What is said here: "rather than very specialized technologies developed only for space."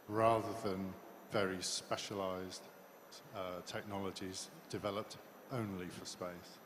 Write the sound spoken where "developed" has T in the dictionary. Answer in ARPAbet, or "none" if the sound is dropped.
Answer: T